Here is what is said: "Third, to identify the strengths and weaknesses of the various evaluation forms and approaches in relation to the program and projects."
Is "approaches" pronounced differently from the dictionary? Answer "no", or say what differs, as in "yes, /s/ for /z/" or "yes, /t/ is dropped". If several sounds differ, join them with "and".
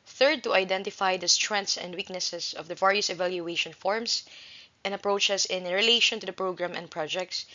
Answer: yes, /s/ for /z/